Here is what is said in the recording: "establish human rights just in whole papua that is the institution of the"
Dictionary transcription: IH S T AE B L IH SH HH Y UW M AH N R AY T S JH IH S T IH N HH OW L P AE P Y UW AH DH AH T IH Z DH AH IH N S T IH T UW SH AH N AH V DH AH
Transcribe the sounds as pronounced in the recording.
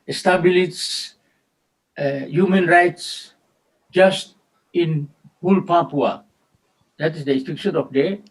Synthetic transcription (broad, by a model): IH S T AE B L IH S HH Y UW M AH N R AY T S JH IH S T IH N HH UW L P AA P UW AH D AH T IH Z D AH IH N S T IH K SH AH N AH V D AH